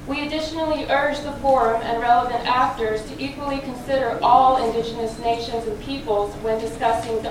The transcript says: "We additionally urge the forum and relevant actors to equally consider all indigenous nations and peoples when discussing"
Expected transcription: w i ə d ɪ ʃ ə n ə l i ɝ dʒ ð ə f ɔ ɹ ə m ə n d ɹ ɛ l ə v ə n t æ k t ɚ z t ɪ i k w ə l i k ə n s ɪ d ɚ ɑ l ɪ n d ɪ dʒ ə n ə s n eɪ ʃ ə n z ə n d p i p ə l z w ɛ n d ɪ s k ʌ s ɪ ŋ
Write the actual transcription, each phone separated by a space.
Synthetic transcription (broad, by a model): w i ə d ɪ ʃ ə n l i ɝ dʒ ð ə f ɔ ɹ ə m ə n ɹ ɛ l ə v ə n t æ k t ɚ z t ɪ i k w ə l i k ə n s ɪ d ɚ ɑ l ɪ n d ɪ dʒ ə n ə s n eɪ ʃ ə n z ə n p i p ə l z w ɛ n d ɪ s k ʌ s ɪ ŋ